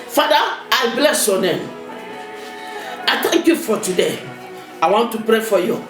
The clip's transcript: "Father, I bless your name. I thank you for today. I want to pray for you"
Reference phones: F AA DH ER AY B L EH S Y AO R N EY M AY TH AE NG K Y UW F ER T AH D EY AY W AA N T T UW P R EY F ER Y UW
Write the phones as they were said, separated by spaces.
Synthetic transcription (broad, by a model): F AA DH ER AY B L EH S Y AO N EY M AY T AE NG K Y UW F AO T AH D EY AY W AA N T T UW P R EY F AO Y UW